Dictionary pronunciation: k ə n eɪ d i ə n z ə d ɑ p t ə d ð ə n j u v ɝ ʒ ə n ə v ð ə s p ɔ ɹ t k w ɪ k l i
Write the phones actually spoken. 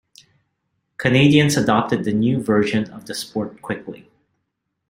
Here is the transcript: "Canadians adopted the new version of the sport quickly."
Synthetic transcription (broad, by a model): k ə n eɪ d i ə n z ə d ɑ p t ə d ð ə n j u v ɝ ʒ ə n ə v ð ə s p ɔ ɹ t k w ɪ k l i